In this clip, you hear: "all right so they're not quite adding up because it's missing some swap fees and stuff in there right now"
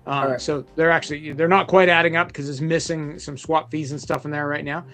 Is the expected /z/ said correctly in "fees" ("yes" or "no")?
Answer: yes